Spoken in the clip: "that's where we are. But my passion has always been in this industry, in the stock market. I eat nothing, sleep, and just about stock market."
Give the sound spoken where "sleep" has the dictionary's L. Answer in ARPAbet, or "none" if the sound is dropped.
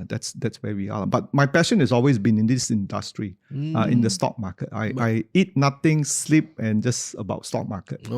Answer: L